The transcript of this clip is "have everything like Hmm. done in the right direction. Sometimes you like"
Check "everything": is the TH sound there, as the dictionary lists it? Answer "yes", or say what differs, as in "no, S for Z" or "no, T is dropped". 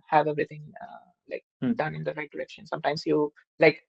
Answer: no, T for TH